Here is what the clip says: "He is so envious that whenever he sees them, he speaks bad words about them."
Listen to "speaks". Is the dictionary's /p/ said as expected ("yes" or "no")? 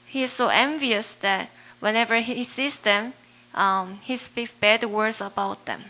yes